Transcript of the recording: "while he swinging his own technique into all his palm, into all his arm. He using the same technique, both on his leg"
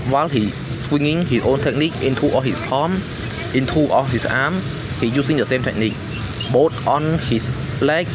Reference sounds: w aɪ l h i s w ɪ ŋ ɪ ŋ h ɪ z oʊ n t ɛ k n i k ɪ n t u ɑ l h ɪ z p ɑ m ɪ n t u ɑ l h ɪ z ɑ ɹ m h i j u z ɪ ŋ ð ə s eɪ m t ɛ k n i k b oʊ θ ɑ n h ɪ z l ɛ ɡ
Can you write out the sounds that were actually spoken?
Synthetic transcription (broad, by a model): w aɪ l h i s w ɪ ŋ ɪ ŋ h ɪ s oʊ n t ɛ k n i k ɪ n t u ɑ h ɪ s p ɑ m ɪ n t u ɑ h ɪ s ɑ m h i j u s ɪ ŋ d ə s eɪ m t ɛ k n i k b oʊ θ ɑ n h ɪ s l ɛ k